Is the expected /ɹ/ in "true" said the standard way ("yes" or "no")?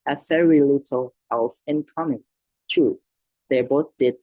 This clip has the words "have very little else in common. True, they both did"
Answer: no